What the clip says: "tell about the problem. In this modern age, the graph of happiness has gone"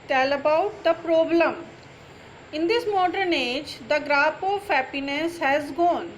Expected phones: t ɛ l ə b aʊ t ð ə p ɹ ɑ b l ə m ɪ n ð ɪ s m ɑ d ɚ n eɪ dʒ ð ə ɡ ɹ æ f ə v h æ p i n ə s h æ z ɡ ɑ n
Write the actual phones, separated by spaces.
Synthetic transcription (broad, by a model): t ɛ l ə b aʊ t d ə p ɹ ɑ b l ə m ɪ n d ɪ s m ɑ d ɚ n eɪ dʒ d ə ɡ ɹ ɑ p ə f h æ p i n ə s h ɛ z ɡ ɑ n